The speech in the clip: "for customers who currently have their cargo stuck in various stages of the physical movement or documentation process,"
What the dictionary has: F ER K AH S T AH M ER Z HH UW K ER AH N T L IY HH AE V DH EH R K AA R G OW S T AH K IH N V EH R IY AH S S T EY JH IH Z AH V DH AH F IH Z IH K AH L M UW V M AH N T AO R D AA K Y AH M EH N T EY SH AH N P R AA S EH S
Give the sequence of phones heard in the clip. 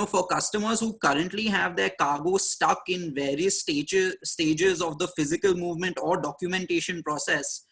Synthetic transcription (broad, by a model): F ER K AH S T AH M ER Z HH UW K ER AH N T L IY HH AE V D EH R K AA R G OW S T AH K IH N V EH R IY AH S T T EY JH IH Z AH V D AH F IH Z IH K AH L M UW V M AH N T AO R D AA K Y AH M EH N T EY SH AH N P R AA S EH S